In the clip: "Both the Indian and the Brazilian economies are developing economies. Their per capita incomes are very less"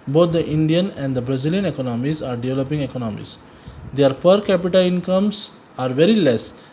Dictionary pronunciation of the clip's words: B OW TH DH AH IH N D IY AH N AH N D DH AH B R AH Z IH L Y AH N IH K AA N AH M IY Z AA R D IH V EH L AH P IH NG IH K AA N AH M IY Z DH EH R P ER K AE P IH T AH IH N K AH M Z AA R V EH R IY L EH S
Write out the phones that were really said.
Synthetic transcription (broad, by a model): B OW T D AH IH N D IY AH N AH N D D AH B R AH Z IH L Y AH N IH K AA N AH M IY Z AA R D IH V EH L AH P IH NG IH K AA N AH M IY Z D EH R P ER K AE P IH T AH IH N K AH M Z AA R V EH R IY L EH S